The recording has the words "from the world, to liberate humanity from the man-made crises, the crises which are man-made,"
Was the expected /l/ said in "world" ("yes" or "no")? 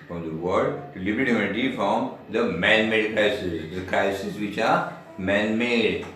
no